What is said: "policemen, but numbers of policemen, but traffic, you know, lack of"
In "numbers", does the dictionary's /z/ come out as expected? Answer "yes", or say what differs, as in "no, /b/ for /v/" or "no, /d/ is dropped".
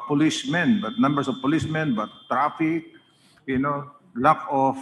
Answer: no, /s/ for /z/